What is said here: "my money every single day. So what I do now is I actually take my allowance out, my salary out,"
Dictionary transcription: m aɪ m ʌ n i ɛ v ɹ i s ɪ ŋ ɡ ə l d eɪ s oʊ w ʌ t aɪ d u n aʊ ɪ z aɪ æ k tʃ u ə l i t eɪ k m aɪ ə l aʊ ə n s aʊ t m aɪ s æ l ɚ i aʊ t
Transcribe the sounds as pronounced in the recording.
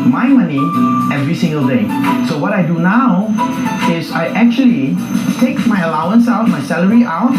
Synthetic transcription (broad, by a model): m aɪ m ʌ n i ɛ v ɹ i s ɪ ŋ ɡ ə l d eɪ s oʊ w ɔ t aɪ d u n aʊ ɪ s aɪ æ k tʃ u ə l i t eɪ k m aɪ ə l aʊ ə n s aʊ t m aɪ s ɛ l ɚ i aʊ t